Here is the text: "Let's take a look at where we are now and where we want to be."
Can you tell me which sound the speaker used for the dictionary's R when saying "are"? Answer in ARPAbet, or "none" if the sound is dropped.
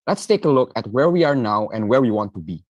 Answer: R